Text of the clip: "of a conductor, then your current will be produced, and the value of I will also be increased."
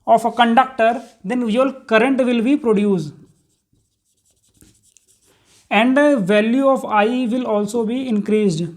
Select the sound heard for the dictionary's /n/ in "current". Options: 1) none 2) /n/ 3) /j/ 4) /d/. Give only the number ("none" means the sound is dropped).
2